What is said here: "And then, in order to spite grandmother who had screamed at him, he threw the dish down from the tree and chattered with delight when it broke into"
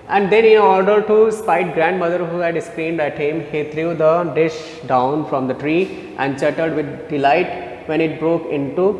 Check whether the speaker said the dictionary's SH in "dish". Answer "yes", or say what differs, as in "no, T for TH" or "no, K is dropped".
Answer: yes